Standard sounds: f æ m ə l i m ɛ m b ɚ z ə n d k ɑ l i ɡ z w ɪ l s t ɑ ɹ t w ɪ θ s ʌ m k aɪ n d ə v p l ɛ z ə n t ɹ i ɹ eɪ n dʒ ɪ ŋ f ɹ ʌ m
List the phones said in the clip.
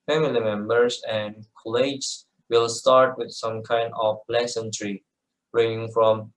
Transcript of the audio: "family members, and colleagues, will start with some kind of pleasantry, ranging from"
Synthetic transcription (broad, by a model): f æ m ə l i m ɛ m b ɚ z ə n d k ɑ l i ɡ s w ɪ l s t ɑ ɹ t w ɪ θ s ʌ m k aɪ n d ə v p l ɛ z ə n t ɹ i ɹ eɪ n ɪ ŋ f ɹ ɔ m